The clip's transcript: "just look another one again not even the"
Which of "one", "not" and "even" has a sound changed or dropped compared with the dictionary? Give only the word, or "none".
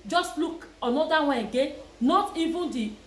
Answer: one